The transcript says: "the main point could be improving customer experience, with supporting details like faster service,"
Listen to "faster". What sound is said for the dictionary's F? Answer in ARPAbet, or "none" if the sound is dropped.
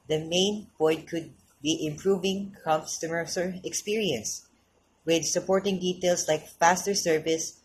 F